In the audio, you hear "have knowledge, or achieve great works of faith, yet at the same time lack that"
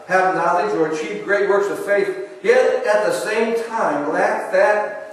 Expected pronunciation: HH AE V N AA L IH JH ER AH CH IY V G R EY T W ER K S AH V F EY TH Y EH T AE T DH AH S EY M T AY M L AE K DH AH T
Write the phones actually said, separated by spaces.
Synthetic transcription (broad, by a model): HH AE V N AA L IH Z ER AH CH IY V G R EY T W ER K S AH V F EY TH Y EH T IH T DH AH S EY M T AY M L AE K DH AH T